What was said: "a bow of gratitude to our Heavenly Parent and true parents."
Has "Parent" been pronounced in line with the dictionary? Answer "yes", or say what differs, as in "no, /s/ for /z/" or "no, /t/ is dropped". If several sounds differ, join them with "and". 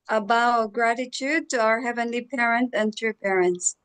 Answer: yes